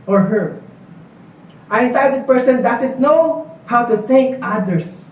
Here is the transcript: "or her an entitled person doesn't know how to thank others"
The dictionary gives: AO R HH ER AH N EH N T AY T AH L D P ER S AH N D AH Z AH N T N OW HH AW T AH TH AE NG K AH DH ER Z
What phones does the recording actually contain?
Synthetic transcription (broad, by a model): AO R HH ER AH N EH N T AY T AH D P ER S AH N D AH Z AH N T N OW HH AW T AH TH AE NG K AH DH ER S